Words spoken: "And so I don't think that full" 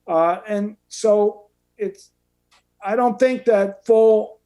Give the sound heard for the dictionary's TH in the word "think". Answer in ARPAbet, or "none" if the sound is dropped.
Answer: TH